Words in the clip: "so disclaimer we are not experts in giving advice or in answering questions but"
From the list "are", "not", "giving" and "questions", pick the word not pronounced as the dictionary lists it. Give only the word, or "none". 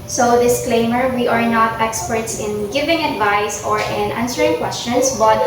questions